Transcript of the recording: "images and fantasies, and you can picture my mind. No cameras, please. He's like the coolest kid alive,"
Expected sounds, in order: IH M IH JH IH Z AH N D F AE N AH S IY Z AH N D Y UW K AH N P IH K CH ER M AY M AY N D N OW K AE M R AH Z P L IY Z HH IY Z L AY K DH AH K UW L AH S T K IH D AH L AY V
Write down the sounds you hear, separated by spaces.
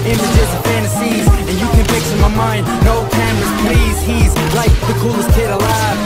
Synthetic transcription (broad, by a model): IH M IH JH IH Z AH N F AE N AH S IY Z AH N Y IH K AH N F IH K S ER M AY M AY N D N OW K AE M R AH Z P L IY Z HH IY Z L AY K DH AH K UW L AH S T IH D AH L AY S